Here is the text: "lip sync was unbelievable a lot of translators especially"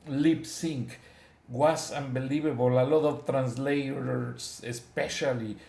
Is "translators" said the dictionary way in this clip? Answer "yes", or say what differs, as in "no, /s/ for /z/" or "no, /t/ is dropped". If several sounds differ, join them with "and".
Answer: no, /s/ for /z/